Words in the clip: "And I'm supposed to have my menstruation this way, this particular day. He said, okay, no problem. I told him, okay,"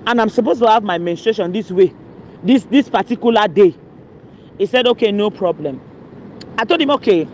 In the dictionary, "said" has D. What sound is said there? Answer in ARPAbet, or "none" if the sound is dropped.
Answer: D